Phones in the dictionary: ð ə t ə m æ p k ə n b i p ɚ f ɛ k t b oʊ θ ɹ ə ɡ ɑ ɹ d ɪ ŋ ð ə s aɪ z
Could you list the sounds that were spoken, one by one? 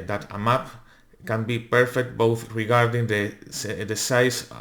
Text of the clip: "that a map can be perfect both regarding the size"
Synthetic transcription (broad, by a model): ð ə t ə m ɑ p k ə n b i p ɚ f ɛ k t b oʊ θ ɹ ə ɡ ɑ ɹ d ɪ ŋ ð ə s aɪ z